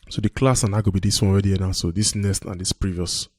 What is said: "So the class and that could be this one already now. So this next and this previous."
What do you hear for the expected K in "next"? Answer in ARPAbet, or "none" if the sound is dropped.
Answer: none